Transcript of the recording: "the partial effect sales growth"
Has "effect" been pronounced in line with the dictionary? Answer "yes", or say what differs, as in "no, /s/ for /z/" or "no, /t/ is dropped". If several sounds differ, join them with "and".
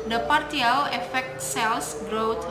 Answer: yes